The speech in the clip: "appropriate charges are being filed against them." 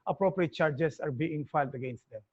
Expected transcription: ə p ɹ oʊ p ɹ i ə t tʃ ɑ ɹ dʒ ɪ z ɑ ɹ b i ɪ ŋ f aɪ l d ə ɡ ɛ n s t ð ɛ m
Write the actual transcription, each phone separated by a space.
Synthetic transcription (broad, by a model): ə p ɹ oʊ p ɹ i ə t tʃ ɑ ɹ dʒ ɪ s ɑ ɹ b i ɪ ŋ f aɪ l d ə ɡ ɛ n s t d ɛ m